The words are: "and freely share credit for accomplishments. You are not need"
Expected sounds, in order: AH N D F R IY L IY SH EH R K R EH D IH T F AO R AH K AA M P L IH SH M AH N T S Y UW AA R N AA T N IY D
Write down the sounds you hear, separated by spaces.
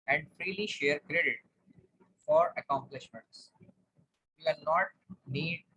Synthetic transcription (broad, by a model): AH N D F R IY L IY SH EH R K R EH D IH T F AO R AH K AA M P L IH SH M AH N T S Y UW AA L N AA T N IY D